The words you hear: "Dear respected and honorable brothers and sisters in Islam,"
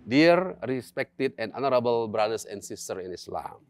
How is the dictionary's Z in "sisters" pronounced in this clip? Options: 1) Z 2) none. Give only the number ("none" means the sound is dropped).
2